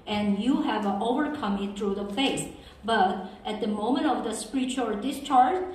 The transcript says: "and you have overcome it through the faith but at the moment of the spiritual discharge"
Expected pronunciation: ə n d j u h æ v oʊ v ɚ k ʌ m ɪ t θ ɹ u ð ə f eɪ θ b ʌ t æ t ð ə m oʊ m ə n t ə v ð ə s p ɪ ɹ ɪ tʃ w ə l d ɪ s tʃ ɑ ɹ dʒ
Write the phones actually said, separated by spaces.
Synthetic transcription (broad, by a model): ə n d j u h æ v oʊ v ɚ k ʌ m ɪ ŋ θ ɹ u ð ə f eɪ s b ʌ t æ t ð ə m oʊ m ə n t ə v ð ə s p ɹ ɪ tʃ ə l d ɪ s tʃ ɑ ɹ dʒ